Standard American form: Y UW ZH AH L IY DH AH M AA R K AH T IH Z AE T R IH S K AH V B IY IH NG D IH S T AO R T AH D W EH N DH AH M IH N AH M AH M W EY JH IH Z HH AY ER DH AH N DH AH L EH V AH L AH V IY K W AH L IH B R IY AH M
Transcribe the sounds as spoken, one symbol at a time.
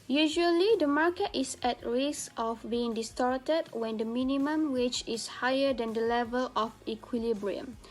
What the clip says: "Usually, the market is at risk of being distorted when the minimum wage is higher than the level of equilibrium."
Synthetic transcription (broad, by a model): Y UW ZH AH L IY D AH M AA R K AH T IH S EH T R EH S AH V B IY IH NG D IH S T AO R T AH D W EH N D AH M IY N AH M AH M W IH CH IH S HH AY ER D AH N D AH L EH V AH L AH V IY K W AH L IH B R IY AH M